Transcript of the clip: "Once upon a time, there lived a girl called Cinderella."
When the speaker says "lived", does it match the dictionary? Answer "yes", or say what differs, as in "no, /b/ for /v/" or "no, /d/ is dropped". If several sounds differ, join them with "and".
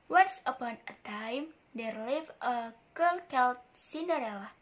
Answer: no, /d/ is dropped